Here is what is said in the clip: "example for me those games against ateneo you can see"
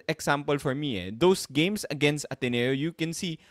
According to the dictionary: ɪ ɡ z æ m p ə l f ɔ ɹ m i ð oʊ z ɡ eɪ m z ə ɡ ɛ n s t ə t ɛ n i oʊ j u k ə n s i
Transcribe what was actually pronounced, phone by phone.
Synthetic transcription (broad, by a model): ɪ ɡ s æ m p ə l f ɔ ɹ m i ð oʊ s ɡ eɪ m s ə ɡ ɛ n s t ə t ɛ n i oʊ j u k ə n s i